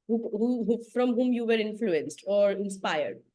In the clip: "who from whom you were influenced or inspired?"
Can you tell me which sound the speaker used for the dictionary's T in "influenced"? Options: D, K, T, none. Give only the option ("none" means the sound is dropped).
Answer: T